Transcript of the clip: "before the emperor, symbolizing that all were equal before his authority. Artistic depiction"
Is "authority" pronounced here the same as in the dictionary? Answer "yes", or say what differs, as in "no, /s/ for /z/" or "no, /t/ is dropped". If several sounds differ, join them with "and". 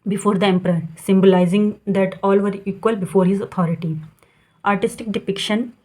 no, /t/ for /θ/